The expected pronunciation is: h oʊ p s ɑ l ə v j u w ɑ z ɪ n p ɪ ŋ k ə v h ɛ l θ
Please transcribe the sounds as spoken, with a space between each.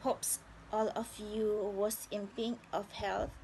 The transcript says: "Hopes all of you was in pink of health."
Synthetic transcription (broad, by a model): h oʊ p s ɑ l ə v j u w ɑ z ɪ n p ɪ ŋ ə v h ɛ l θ